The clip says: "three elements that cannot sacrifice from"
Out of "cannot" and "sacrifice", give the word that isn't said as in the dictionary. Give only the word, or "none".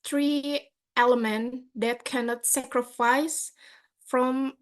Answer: none